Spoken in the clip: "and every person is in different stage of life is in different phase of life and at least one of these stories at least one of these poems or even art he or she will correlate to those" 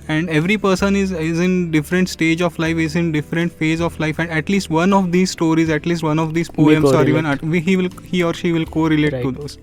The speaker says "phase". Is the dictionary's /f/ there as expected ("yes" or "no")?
yes